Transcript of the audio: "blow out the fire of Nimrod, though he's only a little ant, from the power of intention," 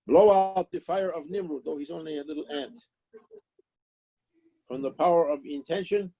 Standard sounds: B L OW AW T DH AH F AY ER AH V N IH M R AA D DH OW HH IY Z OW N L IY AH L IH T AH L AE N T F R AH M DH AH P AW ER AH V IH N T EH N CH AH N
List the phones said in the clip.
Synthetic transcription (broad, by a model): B L OW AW T DH AH F AY ER AH V N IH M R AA DH OW HH IY Z OW N L IY AH L IH T L AE N T F R AH M DH AH P AW ER AH V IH N T EH N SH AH N